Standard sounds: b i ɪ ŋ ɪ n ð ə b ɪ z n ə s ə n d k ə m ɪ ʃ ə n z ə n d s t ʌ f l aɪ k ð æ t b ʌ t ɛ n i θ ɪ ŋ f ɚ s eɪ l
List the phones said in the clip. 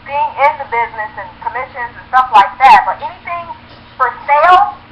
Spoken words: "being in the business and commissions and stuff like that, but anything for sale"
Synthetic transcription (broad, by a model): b i ɪ ŋ ɪ n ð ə b ɪ z n ə s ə n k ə m ɪ ʃ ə n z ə n s t ʌ f l aɪ k ð æ t b ʌ t ɛ n i θ ɪ ŋ f ɚ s eɪ l